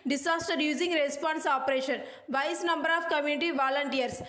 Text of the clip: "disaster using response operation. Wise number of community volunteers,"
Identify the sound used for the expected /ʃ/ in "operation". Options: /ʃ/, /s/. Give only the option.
/ʃ/